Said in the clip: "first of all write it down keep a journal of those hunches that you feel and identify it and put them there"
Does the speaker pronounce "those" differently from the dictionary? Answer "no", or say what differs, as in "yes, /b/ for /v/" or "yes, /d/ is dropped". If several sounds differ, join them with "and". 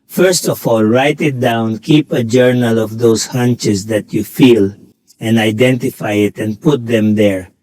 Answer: yes, /s/ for /z/